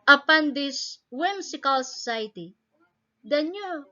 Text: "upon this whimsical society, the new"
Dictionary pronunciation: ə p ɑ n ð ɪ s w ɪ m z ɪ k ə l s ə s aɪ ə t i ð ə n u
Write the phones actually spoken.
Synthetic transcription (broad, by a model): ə p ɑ n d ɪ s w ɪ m s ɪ k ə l s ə s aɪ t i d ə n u